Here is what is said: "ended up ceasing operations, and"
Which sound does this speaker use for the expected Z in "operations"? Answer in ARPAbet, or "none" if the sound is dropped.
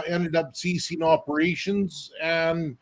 Z